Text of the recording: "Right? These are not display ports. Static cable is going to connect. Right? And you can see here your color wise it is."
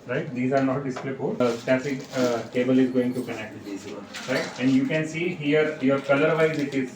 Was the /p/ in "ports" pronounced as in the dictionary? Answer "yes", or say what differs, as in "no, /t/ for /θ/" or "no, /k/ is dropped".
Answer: no, /f/ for /p/